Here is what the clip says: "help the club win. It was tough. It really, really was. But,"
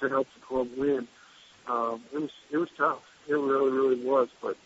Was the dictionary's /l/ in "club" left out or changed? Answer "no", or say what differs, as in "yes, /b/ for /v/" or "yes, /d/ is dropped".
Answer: yes, /l/ is dropped